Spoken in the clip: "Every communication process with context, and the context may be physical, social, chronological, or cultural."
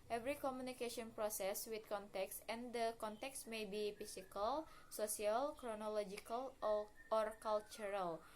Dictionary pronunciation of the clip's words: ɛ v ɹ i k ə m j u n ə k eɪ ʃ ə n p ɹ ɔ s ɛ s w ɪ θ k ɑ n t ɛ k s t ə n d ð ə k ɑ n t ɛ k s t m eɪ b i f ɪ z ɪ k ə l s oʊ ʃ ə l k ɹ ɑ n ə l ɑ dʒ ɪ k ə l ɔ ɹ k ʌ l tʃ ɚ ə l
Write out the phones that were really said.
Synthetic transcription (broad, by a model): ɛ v ɹ i k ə m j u n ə k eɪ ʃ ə n p ɹ ɔ s ɛ s w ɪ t k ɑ n t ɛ k s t ə n d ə k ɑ n t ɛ k s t m eɪ b i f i s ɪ k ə l s oʊ s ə l k ɹ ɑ n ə l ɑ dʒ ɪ k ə l ɔ ɹ k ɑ l tʃ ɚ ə l